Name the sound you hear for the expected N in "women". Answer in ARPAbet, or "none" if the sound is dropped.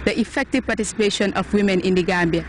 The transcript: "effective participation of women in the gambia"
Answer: N